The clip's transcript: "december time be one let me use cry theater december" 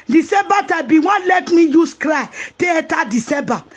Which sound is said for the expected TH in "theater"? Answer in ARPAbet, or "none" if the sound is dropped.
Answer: T